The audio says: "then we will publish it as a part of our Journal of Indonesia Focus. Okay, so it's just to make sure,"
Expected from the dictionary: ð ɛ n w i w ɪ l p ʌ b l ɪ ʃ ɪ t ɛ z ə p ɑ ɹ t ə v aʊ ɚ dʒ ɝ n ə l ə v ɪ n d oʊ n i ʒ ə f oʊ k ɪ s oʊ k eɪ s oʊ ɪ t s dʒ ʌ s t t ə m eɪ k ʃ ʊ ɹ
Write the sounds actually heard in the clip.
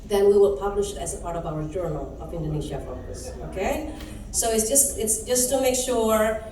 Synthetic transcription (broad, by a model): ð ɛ n w i w ɪ l p ʌ b l ɪ ʃ ɪ t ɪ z ə p ɑ ɹ t ə v aʊ ɚ dʒ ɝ n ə l ə v ɪ n d oʊ n i ʒ ə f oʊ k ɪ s oʊ k eɪ s oʊ ɪ t s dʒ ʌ s t t ə m eɪ k ʃ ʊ ɹ